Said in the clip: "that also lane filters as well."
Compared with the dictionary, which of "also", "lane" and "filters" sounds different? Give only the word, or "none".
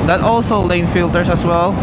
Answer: filters